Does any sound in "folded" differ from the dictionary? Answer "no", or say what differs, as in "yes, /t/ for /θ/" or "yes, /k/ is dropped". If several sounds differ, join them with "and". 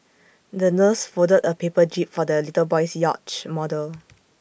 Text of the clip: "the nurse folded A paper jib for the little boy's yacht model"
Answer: yes, /l/ is dropped